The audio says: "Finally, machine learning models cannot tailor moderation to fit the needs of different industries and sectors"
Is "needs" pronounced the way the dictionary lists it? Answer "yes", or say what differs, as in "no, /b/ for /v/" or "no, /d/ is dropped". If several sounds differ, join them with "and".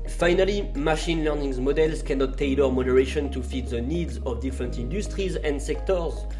yes